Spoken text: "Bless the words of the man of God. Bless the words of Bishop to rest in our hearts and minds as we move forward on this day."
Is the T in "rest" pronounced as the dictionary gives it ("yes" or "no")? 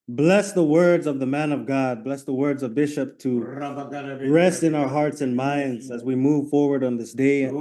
yes